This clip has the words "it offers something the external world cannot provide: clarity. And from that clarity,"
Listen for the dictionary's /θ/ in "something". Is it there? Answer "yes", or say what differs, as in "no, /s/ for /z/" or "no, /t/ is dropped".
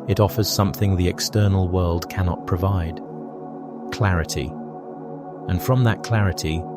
yes